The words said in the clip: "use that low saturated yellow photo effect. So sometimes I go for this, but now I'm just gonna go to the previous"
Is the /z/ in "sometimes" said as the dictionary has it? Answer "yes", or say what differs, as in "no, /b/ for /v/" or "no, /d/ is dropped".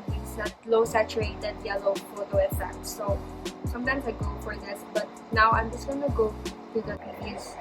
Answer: no, /s/ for /z/